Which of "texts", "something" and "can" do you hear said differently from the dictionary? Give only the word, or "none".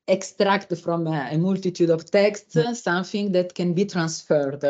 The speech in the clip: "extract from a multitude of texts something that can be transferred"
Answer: something